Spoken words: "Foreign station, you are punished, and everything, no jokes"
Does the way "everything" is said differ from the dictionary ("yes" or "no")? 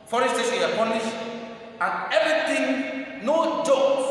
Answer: yes